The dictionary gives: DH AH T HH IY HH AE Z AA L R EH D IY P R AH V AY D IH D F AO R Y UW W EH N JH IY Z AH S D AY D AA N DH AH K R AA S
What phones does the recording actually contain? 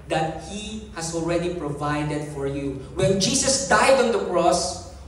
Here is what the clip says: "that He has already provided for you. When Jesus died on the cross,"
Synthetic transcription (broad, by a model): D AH T HH IY HH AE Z AA L R EH D IY P R AH V AY D IH D F AO R Y UW W EH N JH IY S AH S D AY D AA N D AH K R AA S